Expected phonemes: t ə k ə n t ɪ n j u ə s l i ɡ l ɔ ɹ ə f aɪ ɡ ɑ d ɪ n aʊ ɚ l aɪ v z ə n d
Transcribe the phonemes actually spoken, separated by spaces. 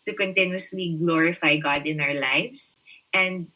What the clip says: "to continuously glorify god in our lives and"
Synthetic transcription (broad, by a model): t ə k ə n t ɪ n j u ə s l i ɡ l ɔ ɹ ə f aɪ ɡ ɑ d ɪ n aʊ ɚ l aɪ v s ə n d